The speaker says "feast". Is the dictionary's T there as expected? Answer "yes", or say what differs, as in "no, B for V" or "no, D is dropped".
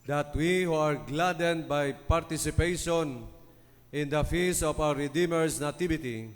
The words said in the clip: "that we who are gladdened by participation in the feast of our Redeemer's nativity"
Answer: no, T is dropped